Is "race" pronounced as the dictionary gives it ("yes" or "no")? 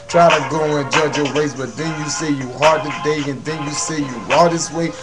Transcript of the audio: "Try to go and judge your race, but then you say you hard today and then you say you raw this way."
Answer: no